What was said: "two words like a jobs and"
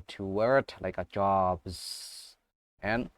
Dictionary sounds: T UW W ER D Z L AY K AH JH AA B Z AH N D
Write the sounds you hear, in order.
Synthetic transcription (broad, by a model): T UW W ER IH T L AY K AH JH AA B Z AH N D